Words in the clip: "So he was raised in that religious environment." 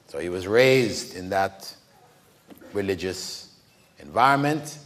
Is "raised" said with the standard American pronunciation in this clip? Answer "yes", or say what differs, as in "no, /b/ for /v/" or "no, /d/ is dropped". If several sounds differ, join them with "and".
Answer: yes